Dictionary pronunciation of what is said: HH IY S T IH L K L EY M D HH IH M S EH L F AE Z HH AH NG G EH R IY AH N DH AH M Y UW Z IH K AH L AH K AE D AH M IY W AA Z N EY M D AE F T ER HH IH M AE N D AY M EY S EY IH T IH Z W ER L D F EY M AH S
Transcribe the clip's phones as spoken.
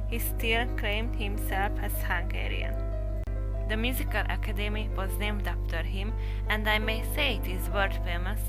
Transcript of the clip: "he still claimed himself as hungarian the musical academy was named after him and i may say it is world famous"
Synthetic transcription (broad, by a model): HH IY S T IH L K L EY M D HH IH M S EH L F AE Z HH AH NG G EH R IY AH N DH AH M Y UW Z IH K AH L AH K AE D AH M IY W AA Z N EY M D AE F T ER HH IH M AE N D AY M EY S EY IH T IH Z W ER D F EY M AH S